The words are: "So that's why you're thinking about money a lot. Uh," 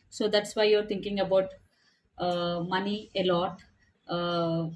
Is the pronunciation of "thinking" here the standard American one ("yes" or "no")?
no